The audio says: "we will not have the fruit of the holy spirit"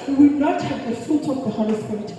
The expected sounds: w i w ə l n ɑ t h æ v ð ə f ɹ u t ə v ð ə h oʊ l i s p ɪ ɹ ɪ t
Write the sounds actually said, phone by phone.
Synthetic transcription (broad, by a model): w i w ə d n ɑ t h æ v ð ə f u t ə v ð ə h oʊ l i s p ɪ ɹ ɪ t